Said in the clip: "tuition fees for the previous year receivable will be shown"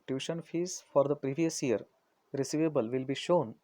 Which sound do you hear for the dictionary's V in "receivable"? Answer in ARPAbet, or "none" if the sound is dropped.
V